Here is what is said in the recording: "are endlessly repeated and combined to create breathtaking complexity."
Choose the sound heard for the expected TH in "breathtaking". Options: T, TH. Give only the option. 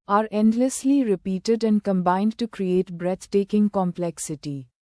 T